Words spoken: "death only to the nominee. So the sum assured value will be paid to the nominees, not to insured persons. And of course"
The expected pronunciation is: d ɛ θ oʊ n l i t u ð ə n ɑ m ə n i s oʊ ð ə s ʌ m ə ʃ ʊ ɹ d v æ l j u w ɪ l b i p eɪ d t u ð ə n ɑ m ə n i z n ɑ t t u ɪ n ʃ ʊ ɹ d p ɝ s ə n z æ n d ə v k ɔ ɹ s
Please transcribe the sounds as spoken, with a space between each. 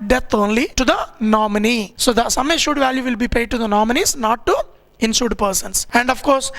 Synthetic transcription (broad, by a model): d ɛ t oʊ n l i t u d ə n ɑ m ə n i s oʊ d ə s ʌ m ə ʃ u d v æ l j u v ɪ l b i p eɪ d t u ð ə n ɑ m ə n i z n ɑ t t u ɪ n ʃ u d p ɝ s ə n s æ n d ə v k ɔ ɹ s